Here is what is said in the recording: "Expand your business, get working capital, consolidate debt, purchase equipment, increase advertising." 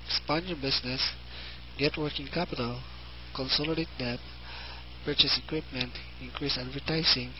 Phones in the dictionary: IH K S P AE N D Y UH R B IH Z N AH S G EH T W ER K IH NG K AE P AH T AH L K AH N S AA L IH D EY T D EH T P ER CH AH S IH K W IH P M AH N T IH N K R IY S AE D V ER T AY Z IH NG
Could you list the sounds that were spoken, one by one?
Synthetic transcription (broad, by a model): S P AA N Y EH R B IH S N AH S G EH T W ER K IH NG K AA P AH T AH L K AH N S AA L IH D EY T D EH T P ER CH AH S IH K W IH P M AH N T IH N K R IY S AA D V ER T AY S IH NG